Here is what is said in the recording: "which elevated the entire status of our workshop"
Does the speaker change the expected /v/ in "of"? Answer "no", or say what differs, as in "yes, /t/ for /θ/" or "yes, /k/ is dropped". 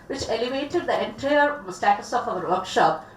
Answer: yes, /p/ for /v/